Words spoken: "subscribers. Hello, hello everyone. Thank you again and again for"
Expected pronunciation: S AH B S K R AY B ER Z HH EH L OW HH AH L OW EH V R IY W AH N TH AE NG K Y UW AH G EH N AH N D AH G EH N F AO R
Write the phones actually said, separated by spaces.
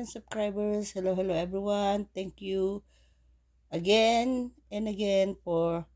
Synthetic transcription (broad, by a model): S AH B S K R AY B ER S HH EH L OW HH AH L OW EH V R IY W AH N T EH NG K Y UW AH G EH N AH N D AH G EH N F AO R